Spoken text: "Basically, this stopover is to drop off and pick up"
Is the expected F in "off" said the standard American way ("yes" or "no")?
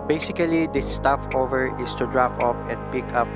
no